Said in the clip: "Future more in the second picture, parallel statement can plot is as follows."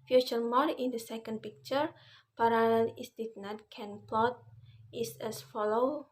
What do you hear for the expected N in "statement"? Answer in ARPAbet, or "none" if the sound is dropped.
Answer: none